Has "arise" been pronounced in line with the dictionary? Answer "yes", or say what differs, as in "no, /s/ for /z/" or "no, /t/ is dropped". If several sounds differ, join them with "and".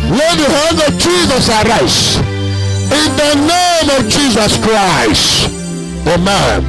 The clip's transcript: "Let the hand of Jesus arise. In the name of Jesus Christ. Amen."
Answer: no, /s/ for /z/